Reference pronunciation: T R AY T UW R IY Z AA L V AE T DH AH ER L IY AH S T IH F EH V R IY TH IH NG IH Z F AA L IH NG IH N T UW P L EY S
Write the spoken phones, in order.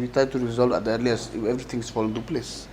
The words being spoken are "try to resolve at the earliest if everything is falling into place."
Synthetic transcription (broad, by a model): T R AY T UW R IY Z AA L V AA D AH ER L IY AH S IH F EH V R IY T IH NG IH S F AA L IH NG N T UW P L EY S